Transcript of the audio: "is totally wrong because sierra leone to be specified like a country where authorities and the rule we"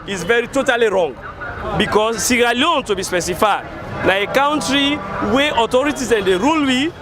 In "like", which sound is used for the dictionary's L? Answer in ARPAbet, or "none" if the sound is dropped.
N